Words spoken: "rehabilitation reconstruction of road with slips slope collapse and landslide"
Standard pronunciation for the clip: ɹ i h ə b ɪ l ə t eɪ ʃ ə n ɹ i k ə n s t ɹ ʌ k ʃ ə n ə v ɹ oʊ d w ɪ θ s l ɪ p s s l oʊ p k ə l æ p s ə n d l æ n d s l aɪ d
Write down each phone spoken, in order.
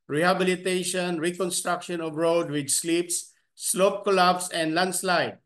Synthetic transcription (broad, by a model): ɹ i h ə b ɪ l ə t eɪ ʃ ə n ɹ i k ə n s t ɹ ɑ k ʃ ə n ə v ɹ oʊ d w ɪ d s l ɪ p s s l oʊ p k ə l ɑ b s ə n d l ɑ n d s l aɪ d